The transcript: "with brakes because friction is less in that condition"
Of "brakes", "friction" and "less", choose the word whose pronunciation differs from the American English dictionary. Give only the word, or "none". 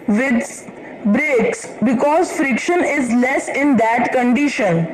none